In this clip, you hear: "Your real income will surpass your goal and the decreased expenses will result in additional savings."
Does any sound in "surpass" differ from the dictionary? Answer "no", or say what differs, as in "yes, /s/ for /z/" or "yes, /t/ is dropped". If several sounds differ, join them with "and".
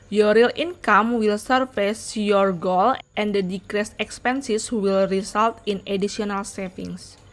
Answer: yes, /f/ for /p/